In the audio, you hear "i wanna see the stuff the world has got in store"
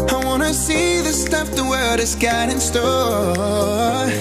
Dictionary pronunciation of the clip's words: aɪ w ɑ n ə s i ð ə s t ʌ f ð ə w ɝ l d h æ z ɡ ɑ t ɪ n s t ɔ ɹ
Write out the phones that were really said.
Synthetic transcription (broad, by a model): aɪ w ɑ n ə s i ð ə s t ʌ f ð ə w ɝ d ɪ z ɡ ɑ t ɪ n s t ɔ